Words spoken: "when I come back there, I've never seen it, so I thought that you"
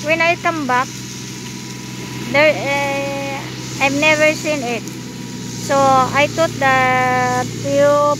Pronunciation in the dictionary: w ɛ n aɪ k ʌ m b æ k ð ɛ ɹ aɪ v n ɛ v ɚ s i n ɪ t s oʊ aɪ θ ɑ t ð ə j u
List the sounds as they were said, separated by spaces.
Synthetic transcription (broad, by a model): w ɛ n aɪ k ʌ m b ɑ k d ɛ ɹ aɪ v n ɛ v ɚ s i n ɪ t s oʊ aɪ t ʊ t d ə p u